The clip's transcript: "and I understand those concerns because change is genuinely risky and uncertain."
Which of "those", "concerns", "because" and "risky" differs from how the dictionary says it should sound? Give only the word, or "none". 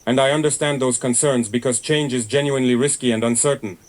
none